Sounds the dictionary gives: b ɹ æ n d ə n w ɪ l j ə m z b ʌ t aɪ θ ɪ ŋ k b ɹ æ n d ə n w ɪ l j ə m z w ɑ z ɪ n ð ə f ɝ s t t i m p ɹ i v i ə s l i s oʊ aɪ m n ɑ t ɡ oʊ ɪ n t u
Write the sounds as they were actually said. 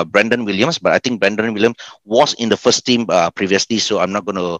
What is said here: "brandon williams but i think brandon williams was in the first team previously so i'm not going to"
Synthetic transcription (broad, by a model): b ɹ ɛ n d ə n w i l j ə m s b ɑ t aɪ t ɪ ŋ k b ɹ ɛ n d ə n w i l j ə m s w ɑ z ɪ n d ə f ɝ s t t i m p ɹ i v i ə s l i s oʊ aɪ m n ɑ t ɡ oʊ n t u